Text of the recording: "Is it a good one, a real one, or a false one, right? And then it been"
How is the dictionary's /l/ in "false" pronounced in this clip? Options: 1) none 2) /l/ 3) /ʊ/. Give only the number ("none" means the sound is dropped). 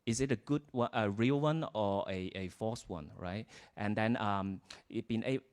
1